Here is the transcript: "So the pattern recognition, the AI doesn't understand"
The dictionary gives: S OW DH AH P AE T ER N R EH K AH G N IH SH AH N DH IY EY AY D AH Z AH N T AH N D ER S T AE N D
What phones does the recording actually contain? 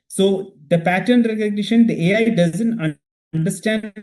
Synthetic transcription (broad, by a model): S OW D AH P AE T ER N R EH K AH G N IH SH AH N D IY EY AY D AH Z AH N T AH N D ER S T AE N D